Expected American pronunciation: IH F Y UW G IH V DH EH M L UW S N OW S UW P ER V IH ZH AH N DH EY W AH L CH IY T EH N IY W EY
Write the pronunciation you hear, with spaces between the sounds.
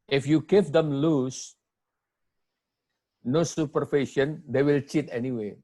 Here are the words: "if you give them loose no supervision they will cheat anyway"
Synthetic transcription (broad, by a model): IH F Y UW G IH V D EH M L UW S N OW S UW P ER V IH SH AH N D EY W AH L CH IY T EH N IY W EY